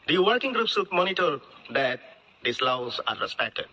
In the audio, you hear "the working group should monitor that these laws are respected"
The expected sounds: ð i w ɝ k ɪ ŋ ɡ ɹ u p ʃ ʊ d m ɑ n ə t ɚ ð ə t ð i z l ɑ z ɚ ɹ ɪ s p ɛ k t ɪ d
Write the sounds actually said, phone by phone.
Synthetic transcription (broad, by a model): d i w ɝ k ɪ ŋ ɡ ɹ u p s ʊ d m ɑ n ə t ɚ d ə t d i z l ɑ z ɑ ɹ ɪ s p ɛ k t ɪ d